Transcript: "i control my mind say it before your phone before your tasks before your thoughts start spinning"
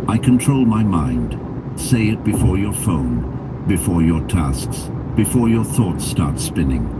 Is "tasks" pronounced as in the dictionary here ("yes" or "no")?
yes